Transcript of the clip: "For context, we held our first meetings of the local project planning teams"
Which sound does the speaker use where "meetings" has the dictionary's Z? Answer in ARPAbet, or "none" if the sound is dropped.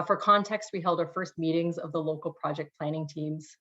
Z